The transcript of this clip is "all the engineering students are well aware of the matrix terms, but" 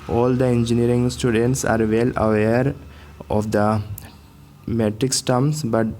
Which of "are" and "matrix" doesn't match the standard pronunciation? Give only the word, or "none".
none